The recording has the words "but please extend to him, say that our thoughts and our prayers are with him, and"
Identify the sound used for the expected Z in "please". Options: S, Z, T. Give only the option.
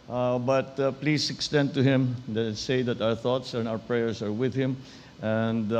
S